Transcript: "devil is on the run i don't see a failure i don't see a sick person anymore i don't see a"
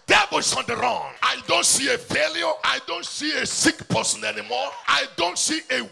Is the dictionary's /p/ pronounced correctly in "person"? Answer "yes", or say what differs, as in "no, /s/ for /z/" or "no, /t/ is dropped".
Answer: yes